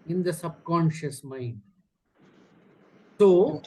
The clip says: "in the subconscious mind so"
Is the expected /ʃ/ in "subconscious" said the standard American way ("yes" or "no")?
yes